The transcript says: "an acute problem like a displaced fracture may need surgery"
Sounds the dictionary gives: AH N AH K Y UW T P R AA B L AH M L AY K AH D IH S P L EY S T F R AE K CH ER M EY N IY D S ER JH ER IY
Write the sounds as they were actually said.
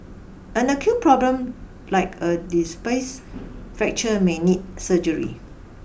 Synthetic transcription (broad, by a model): AH N AH K Y UW T P R AA B L AH M L AY K AH D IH S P EY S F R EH K CH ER M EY N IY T S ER JH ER IY